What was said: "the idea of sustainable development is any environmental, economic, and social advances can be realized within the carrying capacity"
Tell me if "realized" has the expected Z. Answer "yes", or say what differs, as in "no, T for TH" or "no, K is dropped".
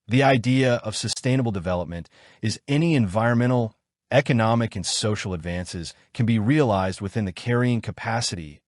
yes